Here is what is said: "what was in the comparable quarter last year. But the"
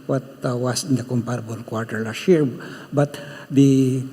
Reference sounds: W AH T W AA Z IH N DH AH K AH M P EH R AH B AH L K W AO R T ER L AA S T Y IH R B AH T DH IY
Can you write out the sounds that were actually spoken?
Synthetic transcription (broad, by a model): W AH T W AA S IH N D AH K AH M P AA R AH B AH L K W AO R T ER L AA S T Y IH R B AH T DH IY